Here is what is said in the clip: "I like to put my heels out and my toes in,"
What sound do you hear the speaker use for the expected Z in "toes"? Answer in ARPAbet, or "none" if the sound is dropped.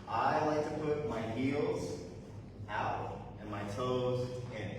Z